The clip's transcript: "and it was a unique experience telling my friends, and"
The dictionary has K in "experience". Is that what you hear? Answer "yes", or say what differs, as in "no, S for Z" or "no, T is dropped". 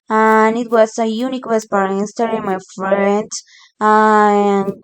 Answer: no, K is dropped